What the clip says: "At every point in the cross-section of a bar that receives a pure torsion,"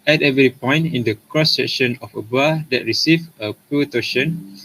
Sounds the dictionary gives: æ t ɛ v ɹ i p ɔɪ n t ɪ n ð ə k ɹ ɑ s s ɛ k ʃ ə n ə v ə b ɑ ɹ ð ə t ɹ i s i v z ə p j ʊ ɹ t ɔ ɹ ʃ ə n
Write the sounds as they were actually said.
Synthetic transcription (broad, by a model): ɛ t ɛ v ɹ i p ɔɪ n t ɪ n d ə k ɹ ɑ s s ɛ k ʃ ə n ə f ə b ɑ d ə t ɹ i s i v ə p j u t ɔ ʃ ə n